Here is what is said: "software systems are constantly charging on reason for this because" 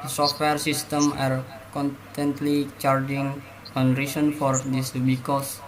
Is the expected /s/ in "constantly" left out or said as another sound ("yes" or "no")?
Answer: yes